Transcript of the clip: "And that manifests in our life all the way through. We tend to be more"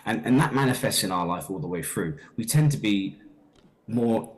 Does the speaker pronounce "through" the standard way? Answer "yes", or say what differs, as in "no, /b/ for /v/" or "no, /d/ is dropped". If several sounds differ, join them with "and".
yes